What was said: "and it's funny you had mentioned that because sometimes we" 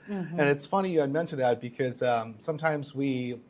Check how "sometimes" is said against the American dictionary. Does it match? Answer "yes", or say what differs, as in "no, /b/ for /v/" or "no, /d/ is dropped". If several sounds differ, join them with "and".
yes